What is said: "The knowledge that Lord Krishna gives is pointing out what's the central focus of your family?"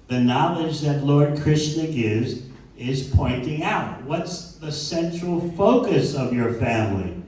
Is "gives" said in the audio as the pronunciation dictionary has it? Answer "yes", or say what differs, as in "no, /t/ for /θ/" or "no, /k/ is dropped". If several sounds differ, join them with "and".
yes